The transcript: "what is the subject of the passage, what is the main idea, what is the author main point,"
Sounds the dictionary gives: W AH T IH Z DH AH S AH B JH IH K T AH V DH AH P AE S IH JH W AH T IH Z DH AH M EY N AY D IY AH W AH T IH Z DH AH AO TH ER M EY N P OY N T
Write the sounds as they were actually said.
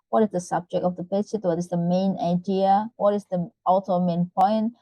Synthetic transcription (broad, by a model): W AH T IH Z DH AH S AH B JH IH K T AH V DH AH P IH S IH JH W AH T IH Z DH AH M EY N AY D IY AH W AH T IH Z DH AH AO T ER M EY N P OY N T